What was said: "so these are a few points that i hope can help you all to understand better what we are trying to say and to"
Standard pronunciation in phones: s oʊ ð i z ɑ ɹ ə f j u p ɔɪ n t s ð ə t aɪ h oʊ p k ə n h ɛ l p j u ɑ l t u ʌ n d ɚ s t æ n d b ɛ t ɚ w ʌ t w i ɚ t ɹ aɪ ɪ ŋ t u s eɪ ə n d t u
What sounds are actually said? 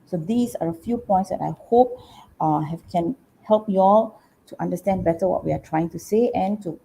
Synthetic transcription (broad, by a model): s oʊ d i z ɑ ɹ ə f j u p ɔɪ n t s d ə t aɪ h oʊ p k ə n h ɛ l p j u ɑ l t u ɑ n d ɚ s t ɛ n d b ɛ t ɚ w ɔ t w i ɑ t ɹ aɪ ɪ ŋ t u s eɪ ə n t u